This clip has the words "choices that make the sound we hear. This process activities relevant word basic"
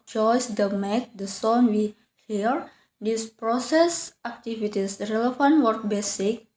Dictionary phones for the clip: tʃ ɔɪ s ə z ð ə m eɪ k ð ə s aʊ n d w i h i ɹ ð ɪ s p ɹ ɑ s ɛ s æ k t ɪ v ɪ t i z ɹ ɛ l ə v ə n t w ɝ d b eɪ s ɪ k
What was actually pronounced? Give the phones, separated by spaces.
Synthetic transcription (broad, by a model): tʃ ɔɪ s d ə m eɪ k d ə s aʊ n w i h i ɹ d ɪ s p ɹ ɑ s ɛ s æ k t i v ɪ t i s ɹ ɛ l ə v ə n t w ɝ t b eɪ s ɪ k